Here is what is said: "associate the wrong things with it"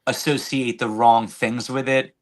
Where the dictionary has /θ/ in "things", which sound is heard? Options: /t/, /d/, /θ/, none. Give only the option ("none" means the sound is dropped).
/θ/